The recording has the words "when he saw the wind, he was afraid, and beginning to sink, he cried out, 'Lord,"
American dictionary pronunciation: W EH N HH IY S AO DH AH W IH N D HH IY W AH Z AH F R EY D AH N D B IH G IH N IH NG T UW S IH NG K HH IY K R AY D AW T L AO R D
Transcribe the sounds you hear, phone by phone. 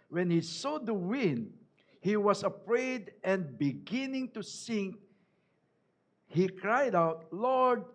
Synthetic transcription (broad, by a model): W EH N HH IY S AO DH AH W IH N D HH IY W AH S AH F R EY D AH N D B IH G IH N IH NG T UW S IH NG K HH IY K R AY D AW T L AO R D